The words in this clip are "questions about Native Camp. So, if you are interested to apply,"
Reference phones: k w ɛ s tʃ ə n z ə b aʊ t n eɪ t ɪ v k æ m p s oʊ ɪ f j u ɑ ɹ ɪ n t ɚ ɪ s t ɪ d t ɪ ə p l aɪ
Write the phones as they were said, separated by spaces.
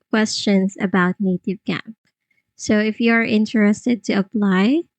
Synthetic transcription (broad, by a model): k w ɛ s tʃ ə n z ə b aʊ t n eɪ t ɪ v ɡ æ p s oʊ ɪ f j u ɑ ɹ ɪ n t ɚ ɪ s t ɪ d t ɪ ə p l aɪ